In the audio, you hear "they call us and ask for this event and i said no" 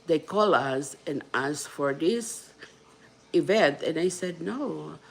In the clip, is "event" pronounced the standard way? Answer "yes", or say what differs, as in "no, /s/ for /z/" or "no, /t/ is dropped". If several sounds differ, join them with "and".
yes